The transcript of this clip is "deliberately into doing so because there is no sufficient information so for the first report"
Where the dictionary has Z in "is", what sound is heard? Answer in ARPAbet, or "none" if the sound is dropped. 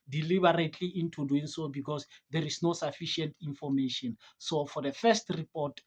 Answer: S